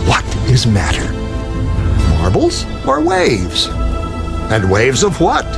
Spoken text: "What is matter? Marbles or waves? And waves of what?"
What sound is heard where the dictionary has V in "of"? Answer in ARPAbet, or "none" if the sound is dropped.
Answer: V